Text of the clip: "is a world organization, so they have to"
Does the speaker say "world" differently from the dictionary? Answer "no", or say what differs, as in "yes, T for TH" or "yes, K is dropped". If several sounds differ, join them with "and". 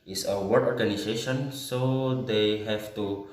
yes, L is dropped